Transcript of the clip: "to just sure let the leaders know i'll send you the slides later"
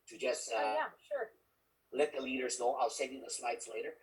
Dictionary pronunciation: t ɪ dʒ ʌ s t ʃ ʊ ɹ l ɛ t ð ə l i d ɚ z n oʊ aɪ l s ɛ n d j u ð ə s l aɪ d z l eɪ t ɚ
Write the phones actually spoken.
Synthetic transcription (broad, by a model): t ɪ dʒ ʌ s t ʃ ʊ ɹ l ɛ t ð ə l i d ɚ z n oʊ aɪ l s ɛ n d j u ð ə s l aɪ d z l eɪ t ɚ